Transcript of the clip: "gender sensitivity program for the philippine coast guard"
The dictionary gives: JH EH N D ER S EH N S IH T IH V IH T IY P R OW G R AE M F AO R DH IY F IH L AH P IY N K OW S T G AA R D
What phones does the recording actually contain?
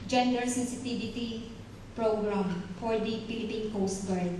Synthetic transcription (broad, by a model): JH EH N D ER S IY S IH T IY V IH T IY P R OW G R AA M F AO R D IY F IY L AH P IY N K OW S T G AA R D